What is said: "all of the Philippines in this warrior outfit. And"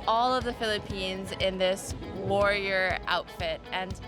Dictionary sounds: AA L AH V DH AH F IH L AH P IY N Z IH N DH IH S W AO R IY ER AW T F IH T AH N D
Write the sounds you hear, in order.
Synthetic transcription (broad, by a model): AA L AH V DH AH F IH L AH P IY N Z IH N DH IH S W AO R IY ER AW T F IH T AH N